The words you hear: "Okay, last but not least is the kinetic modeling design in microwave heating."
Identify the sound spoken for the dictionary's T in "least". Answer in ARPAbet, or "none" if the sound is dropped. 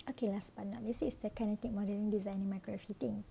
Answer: none